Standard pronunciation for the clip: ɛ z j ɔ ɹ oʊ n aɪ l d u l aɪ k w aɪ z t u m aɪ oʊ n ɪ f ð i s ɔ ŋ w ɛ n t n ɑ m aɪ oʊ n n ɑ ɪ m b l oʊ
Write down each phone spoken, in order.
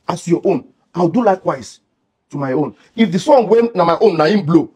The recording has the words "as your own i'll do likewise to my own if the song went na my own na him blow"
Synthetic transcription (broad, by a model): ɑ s j ɔ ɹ oʊ n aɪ w d u l aɪ k w aɪ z t u m aɪ oʊ n ɪ f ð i s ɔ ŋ w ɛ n n ɑ m aɪ oʊ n n ɑ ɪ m b l oʊ